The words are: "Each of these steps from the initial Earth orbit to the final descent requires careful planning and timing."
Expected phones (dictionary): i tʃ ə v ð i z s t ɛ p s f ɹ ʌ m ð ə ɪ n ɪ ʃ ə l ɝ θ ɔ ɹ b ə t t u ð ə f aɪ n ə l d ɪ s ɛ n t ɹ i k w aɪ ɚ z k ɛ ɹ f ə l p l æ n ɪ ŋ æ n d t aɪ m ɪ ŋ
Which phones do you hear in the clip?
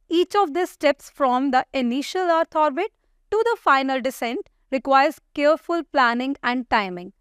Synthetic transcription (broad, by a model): i tʃ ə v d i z s t ɛ p s f ɹ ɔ m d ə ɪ n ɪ ʃ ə l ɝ t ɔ ɹ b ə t t u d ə f aɪ n ə l d ɪ s ɛ n t ɹ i k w aɪ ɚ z k ɛ ɹ f ə l p l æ n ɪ ŋ æ n d t aɪ m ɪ ŋ